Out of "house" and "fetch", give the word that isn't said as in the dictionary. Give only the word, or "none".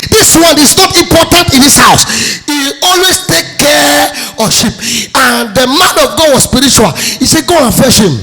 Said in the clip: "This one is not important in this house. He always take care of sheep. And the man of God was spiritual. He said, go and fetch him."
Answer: fetch